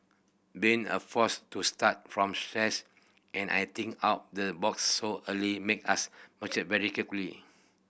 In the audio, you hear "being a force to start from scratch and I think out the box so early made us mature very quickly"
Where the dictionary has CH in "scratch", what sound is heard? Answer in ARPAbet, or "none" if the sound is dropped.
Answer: S